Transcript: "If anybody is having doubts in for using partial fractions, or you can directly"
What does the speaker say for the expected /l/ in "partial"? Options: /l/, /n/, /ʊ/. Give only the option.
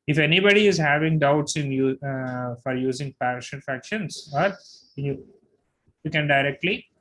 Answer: /n/